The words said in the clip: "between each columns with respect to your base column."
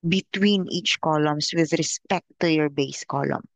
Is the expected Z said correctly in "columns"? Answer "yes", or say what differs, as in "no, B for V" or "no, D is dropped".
no, S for Z